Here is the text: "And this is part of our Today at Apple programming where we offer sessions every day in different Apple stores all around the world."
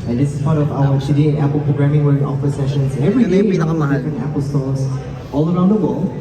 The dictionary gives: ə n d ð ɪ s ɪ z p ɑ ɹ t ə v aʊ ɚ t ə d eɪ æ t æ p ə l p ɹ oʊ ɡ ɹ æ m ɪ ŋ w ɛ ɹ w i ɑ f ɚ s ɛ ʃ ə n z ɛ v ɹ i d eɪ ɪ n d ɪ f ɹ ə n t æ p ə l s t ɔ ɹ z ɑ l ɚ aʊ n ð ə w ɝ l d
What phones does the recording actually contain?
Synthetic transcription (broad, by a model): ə n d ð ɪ s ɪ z p ɑ ɹ t ə v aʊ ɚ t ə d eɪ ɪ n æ p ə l p ɹ oʊ ɡ ɹ æ m ɪ ŋ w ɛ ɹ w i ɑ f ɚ s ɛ ʃ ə n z ɛ v ɹ i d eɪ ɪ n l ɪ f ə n æ p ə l s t ɔ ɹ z ɑ l ɚ aʊ n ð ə w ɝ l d